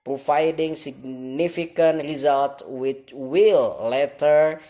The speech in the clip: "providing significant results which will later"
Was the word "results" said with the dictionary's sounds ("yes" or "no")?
no